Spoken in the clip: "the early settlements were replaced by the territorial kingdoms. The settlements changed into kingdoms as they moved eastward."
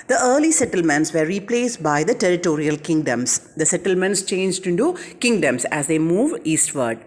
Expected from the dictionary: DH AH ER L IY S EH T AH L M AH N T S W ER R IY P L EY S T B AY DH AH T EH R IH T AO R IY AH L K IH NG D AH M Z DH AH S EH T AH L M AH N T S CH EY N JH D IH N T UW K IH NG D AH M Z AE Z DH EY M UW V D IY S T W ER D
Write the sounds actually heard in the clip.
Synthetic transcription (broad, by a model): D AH ER L IY S EH T AH L M AH N T S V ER R IY P L EY S T B AY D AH T EH R IH T AO R IY AH L K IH NG D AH M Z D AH S EH T AH L M AH N T S CH EY N JH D IH N T UW K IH NG D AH M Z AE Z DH EY M UW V IY S T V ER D